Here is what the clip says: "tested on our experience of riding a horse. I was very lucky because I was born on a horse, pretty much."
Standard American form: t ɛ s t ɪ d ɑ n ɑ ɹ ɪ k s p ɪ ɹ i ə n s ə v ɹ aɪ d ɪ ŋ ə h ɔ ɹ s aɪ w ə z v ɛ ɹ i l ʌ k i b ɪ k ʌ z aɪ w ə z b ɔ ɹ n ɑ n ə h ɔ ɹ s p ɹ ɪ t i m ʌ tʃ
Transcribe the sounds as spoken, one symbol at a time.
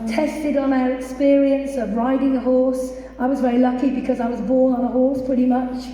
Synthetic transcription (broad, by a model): t ɛ s t ɪ d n ɑ ɹ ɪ k s p ɪ ɹ i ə n s ə v ɹ aɪ d ɪ ŋ ə h ɔ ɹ s aɪ w ə z v ɛ ɹ i l ʌ k i b ɪ k ʌ z aɪ w ə z b ɔ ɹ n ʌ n ə h ɔ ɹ s p ɹ ɪ t i m ʌ tʃ